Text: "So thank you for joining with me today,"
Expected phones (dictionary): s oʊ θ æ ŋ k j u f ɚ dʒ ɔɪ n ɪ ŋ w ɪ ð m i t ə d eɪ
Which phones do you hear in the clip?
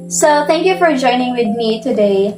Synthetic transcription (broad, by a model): s oʊ θ æ ŋ k j u f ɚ dʒ ɔɪ n ɪ ŋ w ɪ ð m i t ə d eɪ